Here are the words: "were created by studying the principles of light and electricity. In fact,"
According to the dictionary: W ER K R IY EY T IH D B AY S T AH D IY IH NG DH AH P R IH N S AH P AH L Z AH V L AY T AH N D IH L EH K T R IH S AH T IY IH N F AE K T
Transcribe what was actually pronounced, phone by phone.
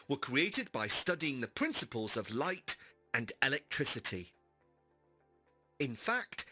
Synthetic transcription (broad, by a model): W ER K R IY EY T IH D B AY S T AH D IY IH NG DH AH P R IH N S AH P AH L Z AH V L AY T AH N IH L EH K T R IH S AH T IY IH N F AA K T